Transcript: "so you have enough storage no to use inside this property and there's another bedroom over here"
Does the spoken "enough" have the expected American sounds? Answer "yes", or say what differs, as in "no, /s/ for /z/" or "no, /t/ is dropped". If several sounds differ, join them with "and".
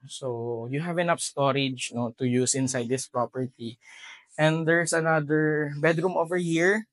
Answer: no, /p/ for /f/